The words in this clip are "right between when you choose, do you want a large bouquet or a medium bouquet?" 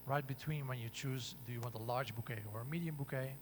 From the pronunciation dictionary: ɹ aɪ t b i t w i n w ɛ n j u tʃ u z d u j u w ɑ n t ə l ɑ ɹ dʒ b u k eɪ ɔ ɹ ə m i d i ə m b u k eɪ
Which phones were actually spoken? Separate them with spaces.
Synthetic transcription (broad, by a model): ɹ aɪ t b i t w i n w ɛ n j u tʃ u z d u j u w ɑ n t ə l ɑ ɹ dʒ b u k eɪ ɔ ɹ ə m i d i ə m b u k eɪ